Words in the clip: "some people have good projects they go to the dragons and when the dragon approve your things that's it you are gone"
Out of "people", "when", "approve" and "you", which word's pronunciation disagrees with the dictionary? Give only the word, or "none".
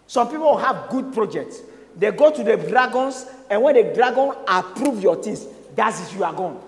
people